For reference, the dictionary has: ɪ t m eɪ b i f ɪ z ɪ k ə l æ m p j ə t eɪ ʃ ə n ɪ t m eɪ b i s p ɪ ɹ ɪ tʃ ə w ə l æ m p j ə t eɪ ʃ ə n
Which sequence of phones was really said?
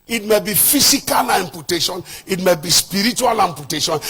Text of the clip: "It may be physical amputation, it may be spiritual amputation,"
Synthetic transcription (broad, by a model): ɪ t m eɪ b i f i s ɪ k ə l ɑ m p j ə t eɪ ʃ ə n ɪ t m eɪ b i s p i ɹ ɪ tʃ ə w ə l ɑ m p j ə t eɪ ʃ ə n